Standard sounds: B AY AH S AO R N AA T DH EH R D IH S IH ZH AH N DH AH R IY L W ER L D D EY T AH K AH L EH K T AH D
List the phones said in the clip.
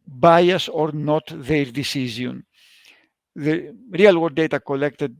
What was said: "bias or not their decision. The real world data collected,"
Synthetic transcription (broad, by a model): B AY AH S AO R N AA T DH EH R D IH S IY Z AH N DH AH R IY L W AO D D EY T AH K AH L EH K T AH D